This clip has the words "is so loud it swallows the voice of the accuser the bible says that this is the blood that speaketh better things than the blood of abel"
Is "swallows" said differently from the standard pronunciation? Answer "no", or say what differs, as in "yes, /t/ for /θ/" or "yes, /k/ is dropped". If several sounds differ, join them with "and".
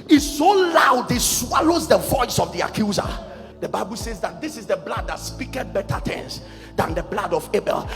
no